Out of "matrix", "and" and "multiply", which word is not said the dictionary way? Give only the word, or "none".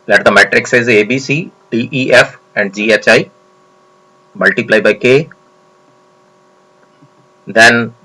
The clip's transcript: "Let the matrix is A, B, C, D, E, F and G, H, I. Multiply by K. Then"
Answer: none